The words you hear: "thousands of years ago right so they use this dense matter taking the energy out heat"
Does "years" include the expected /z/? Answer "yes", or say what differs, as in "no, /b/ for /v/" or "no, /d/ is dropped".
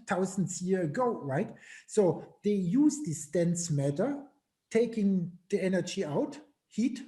no, /z/ is dropped